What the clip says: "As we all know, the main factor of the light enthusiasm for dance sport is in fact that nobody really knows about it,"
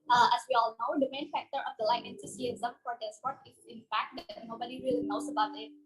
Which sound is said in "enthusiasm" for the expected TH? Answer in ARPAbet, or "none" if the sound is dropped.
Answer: S